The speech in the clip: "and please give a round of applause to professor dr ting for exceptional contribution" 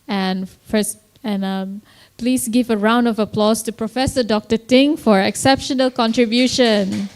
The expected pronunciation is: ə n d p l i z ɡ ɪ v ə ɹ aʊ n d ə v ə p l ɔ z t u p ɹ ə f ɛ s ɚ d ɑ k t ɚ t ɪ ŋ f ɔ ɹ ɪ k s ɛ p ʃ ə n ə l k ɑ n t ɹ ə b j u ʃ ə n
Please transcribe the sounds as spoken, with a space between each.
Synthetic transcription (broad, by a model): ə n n p l i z ɡ ɪ v ə ɹ aʊ n d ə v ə p l ɔ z t u p ɹ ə f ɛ s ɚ d ɑ k t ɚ t ɪ ŋ f ɔ ɹ ɪ k s ɛ p ʃ ə n ə l k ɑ n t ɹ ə b j u ʃ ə n